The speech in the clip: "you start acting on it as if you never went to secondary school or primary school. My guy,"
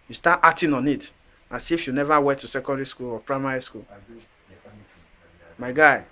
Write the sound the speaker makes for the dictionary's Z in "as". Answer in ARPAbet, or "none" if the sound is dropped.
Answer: S